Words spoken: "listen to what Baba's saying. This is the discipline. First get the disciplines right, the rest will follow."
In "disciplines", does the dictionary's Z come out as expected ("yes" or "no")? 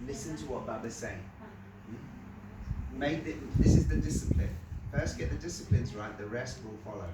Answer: yes